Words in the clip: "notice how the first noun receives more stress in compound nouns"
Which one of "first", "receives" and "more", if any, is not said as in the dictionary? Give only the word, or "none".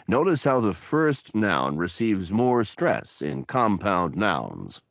none